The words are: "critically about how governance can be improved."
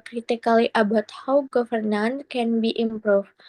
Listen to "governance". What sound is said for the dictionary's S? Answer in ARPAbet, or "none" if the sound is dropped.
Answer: none